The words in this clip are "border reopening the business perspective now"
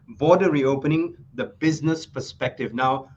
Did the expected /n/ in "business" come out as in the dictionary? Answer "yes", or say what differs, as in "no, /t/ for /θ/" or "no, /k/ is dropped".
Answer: yes